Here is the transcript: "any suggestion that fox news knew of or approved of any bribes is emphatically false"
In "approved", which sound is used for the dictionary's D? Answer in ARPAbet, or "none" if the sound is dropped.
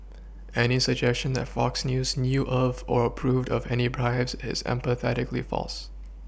D